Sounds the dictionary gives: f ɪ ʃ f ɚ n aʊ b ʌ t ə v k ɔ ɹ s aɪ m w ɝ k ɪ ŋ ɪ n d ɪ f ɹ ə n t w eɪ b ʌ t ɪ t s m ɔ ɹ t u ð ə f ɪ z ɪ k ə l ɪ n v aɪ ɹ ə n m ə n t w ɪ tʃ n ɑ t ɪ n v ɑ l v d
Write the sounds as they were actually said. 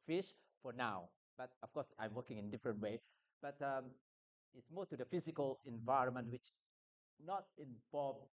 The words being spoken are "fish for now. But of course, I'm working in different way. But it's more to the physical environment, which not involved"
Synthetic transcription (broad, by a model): f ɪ ʃ f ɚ n aʊ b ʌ t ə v k ɔ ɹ s aɪ m w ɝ k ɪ ŋ ɪ n d ɪ f ɹ ə n t w eɪ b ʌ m ɪ t s m ɔ t u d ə f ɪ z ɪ k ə l ɪ n v aɪ ɹ ə n m ə n t w ɪ tʃ n ɑ t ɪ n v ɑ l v